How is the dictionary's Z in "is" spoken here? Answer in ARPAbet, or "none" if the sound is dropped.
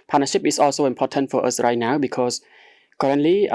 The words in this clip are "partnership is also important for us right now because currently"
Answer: S